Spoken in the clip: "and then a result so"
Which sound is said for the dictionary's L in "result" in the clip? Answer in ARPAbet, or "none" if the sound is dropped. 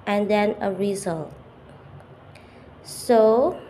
L